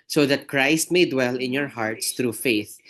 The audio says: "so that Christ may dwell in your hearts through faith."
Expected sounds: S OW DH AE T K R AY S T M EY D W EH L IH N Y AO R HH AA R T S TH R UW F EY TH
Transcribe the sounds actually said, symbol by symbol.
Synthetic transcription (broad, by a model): S OW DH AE T K R AY S T M EY D W EH L IH N Y AO R HH AA R T S T R UW F EY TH